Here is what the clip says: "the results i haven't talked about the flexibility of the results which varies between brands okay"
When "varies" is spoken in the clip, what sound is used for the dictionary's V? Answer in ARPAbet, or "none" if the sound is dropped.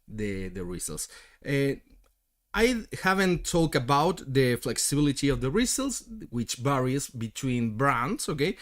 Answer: B